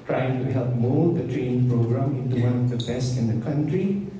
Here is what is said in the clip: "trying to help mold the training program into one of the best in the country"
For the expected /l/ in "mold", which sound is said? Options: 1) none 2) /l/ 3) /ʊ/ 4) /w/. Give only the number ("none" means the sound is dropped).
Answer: 1